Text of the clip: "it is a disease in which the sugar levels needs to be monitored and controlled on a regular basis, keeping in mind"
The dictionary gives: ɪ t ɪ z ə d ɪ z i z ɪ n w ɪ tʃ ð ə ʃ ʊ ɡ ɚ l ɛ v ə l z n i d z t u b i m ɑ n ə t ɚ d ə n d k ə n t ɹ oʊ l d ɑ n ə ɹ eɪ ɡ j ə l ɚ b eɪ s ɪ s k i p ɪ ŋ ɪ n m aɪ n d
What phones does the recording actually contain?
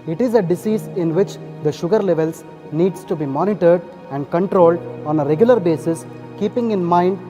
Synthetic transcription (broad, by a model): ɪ t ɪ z ə d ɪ s i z ɪ n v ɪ tʃ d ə ʃ ʊ ɡ ɚ l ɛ v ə l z n i d s t u b i m ɑ n ə t ɚ d ə n d k ə n t ɹ oʊ l d ɑ n ə ɹ eɪ ɡ j ə l ɚ b eɪ s ɪ s k i p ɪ ŋ ɪ n m aɪ n d